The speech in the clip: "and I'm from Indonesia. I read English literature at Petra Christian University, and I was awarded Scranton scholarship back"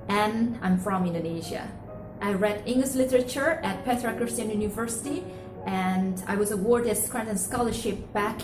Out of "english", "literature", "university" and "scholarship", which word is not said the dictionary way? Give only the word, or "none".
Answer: none